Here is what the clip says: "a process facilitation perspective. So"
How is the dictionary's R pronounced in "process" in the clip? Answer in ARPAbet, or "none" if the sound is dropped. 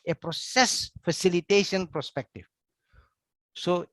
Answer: R